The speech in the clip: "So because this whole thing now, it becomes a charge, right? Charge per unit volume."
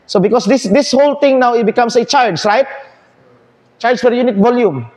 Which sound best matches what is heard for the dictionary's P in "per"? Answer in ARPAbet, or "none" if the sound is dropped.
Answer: F